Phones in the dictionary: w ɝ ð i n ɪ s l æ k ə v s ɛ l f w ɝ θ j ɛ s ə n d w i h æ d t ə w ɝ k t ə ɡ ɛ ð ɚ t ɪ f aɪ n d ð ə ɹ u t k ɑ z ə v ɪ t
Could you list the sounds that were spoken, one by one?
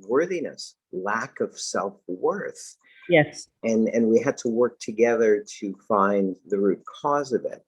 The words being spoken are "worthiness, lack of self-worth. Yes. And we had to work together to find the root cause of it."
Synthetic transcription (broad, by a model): w ɝ ð i n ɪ s l æ k ə v s ɛ l f w ɝ θ j ɛ s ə n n w i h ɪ d t ə w ɝ k t ə ɡ ɛ ð ɚ t ɪ f aɪ n ð ə ɹ u t k ɑ z ə v ɪ t